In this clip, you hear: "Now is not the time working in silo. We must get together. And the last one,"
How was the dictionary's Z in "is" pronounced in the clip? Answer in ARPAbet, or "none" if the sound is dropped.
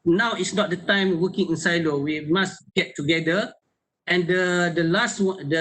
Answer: S